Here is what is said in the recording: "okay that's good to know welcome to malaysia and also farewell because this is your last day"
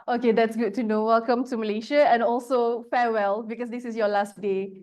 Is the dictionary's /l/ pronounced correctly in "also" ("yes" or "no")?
yes